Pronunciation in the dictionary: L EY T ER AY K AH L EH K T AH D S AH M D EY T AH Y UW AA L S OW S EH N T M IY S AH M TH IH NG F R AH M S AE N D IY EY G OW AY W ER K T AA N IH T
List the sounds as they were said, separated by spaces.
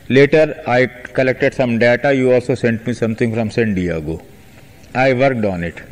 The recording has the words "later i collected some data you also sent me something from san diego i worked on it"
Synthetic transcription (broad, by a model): L EY T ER AY K AH L EH K T AH D S AH M D EY T AH Y UW AA L S OW S EH N T M IY S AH M T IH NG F R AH M S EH N D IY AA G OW AY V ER K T AA N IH T